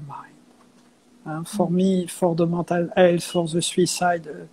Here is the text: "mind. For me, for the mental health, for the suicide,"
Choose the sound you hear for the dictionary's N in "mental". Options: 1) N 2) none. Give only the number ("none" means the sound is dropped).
2